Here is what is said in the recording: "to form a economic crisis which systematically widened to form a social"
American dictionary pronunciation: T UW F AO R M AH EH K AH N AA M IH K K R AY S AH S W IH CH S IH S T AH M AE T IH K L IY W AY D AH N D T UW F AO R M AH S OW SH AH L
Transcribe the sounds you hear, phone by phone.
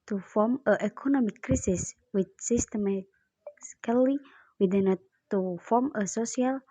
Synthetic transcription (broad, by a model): T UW F AO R M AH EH K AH N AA M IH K K R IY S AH S W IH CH S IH S T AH M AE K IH L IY W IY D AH N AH T UW F AO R M AH S OW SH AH L